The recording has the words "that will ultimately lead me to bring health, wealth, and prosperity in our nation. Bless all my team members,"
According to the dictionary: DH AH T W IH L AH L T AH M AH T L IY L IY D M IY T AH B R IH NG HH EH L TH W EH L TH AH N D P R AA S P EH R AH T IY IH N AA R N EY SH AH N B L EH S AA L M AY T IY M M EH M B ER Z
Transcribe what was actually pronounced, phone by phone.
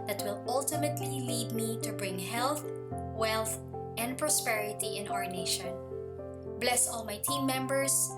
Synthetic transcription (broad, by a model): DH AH T W IH L AH L T AH M AH T L IY L IY D M IY T AH B R IH NG HH EH L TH W EH L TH AH N D P R AA S P EH R AH T IY IH N AA R N EY SH AH N B L EH S AA L M AY T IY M M EH M B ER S